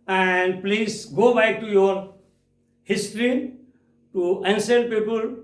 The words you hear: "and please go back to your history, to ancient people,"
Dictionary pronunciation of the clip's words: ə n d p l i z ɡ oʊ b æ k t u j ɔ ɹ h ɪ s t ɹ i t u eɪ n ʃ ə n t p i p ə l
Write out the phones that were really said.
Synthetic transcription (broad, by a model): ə n d p l i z ɡ oʊ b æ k t u j ɔ ɹ h ɪ s t ɹ i t u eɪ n s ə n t p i p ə l